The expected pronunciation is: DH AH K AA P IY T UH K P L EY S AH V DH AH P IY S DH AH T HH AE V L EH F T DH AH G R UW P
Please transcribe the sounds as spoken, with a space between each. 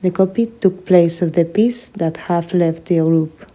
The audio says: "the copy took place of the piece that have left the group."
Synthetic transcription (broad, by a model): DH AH K AA P IY T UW K P L EY S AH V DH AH P IY S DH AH T HH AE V L EH F T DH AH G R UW P